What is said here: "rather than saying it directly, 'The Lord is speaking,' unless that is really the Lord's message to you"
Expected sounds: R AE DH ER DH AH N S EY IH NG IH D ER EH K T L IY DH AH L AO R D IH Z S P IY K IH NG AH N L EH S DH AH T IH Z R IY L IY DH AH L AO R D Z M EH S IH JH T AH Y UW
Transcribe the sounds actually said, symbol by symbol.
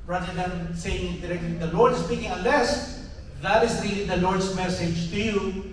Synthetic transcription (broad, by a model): R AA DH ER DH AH N S EY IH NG IH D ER EH K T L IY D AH L AO R D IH S P IY K IH NG AH N L EH S DH AH T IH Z R IY L IY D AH L AO R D S M EH S IH JH T AH Y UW